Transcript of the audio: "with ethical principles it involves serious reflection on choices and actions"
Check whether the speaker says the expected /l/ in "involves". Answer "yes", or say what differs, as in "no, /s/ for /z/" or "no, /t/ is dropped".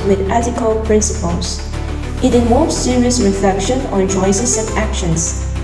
no, /l/ is dropped